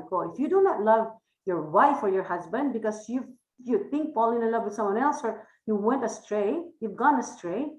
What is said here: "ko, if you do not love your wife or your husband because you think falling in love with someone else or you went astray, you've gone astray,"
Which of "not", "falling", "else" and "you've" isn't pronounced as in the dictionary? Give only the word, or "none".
falling